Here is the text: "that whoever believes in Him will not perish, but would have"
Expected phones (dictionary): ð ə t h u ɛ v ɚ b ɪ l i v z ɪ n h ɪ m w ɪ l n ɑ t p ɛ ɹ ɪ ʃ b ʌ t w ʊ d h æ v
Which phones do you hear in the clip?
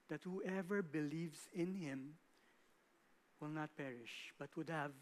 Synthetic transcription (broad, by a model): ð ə t h u ɛ v ɚ b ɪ l i v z ɪ n h ɪ m w ɪ l n ɑ t p ɛ ɹ ɪ ʃ b ʌ t w ʊ d h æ v